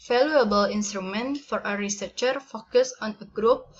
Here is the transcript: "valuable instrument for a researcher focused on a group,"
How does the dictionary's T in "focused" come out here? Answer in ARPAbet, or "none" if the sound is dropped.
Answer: none